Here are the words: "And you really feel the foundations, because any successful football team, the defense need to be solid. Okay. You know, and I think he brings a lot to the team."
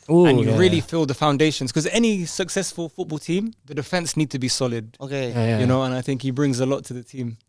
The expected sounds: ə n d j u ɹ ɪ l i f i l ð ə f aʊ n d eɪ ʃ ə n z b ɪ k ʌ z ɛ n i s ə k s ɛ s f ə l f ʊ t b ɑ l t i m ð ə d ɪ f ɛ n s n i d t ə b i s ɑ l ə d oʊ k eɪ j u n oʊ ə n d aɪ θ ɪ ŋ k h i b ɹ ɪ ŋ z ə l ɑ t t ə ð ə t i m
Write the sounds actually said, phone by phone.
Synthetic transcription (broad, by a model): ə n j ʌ ɹ ɪ l i f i l ð ə f aʊ n d eɪ ʃ ə n z k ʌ z ɛ n i s ə k s ɛ s f ə l f ʊ t b ɑ l t i m ð ə d ɪ f ɛ n s n i d t ə b i s ɑ l ə d oʊ k eɪ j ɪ n oʊ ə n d aɪ θ ɪ ŋ k h i b ɹ ɪ ŋ z ə l ɑ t t ə ð ə t i m